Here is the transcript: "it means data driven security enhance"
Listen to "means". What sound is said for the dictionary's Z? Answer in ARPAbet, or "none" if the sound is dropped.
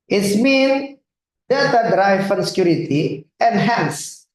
none